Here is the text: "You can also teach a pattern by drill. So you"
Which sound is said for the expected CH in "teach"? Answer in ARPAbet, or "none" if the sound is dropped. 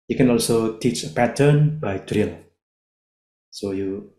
CH